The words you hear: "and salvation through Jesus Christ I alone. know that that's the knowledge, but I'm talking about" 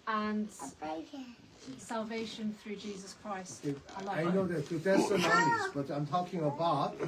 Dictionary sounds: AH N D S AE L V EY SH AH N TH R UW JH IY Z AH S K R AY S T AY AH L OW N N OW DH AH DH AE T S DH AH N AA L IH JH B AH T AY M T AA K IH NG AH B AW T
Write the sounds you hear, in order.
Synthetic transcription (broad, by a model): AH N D S AE L V EY SH AH N TH R UW JH IY Z AH S K R AY S T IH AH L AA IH N OW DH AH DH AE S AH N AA IH B AH T AY M T AA K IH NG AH B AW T